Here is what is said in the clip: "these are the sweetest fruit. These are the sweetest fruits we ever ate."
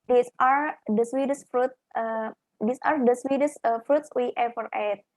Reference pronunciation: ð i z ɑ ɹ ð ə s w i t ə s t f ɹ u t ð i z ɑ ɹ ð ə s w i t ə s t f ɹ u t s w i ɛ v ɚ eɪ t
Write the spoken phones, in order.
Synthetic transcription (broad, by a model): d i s ɑ ɹ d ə s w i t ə s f ɹ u t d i s ɑ ɹ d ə s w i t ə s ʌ f ɹ u t s w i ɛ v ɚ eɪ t